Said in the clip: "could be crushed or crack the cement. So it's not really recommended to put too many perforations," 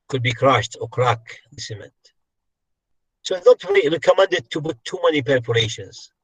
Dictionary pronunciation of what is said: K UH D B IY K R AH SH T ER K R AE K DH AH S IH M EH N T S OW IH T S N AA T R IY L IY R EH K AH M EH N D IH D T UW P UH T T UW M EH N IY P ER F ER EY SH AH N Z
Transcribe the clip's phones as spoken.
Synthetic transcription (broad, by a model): K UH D B IY K R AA SH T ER K R AE K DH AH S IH M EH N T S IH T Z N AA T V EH IY R EH K AH M EH N D IH D T UW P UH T T UW M EH N IY P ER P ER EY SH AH N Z